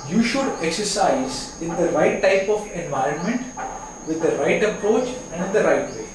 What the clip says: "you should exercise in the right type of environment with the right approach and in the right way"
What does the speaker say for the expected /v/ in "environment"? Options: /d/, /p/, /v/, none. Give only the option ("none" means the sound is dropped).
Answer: /v/